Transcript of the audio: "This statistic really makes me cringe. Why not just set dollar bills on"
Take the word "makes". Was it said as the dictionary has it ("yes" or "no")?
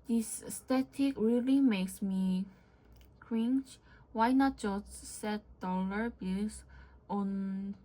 yes